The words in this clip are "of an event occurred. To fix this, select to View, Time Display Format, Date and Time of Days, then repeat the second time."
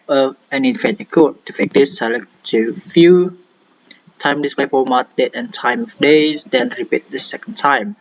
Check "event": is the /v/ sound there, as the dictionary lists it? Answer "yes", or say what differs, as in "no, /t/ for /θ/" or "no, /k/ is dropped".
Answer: no, /f/ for /v/